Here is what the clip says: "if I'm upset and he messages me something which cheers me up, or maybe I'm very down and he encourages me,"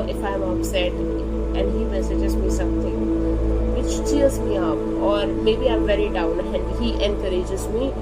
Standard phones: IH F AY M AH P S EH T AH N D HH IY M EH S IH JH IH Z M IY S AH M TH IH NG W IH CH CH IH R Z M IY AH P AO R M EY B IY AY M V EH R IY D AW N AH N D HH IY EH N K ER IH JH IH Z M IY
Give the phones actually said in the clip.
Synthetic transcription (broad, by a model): IH F AY M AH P S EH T AH N D HH IY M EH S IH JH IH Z M IY S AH M T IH NG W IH CH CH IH L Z M IY AH P AO R M EY B IY AY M V EH R IY D AW N AH N D HH IY EH N K ER IH JH IH Z M IY